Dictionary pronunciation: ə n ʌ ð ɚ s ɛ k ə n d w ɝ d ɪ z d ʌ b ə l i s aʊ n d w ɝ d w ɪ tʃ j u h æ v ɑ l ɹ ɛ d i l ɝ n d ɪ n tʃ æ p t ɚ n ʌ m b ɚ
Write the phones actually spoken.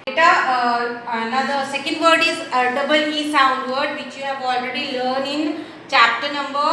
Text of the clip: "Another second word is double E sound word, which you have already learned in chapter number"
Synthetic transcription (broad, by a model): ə n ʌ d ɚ s ɛ k ə n d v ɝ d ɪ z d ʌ b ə l i s aʊ n d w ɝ d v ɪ tʃ j u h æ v ɑ l ɹ ɛ d i l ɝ n ɪ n tʃ æ p t ɚ n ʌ m b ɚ